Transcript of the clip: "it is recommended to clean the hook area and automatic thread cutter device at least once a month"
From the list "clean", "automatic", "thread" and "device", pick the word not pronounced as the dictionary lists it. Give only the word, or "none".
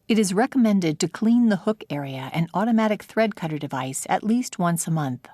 none